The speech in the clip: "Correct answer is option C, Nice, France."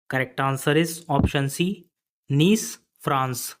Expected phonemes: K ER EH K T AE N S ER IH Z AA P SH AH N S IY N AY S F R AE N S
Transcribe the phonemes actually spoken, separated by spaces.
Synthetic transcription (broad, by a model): K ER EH K T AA N S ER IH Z AA P SH AH N S IY N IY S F R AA N S